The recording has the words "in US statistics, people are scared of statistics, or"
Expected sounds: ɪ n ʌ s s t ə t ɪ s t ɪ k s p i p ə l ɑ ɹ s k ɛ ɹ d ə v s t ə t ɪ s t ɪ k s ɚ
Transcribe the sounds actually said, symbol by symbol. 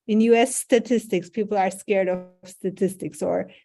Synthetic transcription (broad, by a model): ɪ n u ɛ s t ə t ɪ s t ɪ k s p i p l ɑ ɹ s k ɛ ɹ d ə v s t ə t ɪ s t ɪ k s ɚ